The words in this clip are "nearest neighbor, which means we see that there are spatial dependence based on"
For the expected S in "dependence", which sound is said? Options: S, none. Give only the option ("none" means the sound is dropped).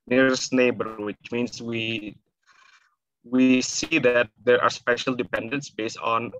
S